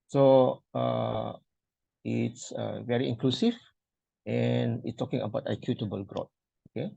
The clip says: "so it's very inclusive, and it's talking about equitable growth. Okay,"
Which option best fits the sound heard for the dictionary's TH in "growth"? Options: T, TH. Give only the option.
T